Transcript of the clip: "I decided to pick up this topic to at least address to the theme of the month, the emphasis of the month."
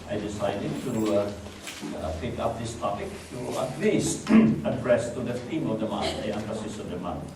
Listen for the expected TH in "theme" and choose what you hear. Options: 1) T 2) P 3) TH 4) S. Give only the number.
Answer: 1